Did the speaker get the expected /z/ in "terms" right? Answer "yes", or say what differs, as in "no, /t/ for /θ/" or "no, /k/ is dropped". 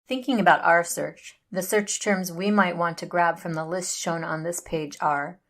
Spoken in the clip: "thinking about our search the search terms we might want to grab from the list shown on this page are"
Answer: yes